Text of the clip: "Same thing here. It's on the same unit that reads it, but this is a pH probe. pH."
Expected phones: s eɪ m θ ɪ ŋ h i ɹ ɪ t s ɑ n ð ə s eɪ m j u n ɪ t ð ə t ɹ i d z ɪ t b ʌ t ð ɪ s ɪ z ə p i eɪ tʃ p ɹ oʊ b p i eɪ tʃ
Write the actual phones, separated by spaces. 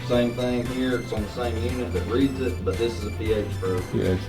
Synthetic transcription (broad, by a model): s eɪ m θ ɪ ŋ h i ɹ ɪ t s n ð ə s eɪ m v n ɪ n ð ə t ɹ i d z ɪ t b ʌ t ð ɪ s ɪ z ə p i eɪ tʃ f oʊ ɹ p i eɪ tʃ